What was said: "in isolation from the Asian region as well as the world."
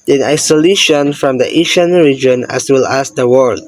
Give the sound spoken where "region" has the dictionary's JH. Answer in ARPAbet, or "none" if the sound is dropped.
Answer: JH